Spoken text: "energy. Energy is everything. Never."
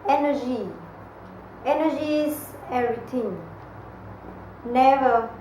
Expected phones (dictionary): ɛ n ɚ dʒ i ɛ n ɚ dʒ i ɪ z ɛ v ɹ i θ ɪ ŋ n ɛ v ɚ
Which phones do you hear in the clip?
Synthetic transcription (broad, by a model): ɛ n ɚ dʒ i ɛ n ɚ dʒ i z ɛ ɹ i t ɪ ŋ n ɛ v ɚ